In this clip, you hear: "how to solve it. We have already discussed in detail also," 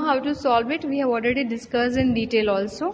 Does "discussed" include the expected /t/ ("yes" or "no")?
no